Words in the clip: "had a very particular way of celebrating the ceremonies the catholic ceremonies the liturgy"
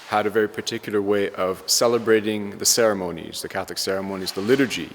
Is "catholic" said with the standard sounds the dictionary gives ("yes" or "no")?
yes